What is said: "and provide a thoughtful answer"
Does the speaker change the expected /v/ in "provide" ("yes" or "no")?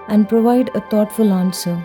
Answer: no